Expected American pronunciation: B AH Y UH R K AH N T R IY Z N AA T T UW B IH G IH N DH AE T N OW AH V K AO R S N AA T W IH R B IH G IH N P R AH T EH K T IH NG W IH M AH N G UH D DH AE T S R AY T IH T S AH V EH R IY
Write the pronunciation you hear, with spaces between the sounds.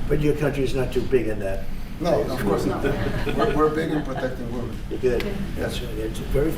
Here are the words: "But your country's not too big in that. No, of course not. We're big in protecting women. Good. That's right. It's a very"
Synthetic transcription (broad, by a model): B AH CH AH R K AH N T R IY Z N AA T T UW B IH G IH N DH AE T N OW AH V K AO R S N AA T W IH R B IH G IH N P R AH T EH K T IH NG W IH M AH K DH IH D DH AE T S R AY IH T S AH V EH R IY